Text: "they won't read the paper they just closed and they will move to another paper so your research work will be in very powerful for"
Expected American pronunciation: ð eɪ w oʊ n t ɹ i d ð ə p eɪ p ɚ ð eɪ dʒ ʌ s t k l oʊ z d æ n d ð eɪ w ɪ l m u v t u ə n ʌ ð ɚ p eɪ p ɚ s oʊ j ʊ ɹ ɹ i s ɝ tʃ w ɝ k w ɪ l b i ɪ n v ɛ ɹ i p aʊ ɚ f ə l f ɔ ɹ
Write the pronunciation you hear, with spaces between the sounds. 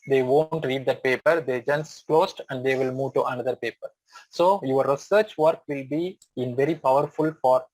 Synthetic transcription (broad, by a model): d eɪ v oʊ n t ɹ i d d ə p eɪ p ɚ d eɪ dʒ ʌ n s k l oʊ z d æ n d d eɪ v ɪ l m u v t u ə n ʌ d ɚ p eɪ p ɚ s oʊ j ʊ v ɹ i s ɝ tʃ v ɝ k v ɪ l b i ɪ n v ɛ ɹ i p aʊ ɚ f ə l f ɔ ɹ